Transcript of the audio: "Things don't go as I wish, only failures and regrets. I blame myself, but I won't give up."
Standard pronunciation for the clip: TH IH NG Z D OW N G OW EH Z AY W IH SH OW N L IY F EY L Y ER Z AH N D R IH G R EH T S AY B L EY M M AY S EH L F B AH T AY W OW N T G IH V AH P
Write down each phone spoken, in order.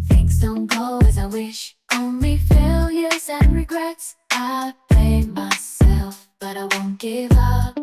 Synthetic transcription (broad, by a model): TH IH NG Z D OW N G OW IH Z AY W IH SH OW N L IY F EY L Y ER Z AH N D R IH G R EH T S AY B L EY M M AY S EH L F B AH T AY W OW N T G IH V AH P